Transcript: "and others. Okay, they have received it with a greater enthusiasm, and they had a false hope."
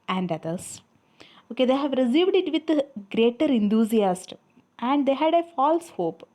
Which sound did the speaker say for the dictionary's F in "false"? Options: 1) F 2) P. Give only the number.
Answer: 1